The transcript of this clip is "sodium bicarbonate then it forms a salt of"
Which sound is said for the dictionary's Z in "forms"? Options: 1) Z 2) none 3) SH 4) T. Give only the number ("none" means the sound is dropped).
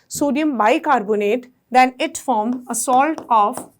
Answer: 2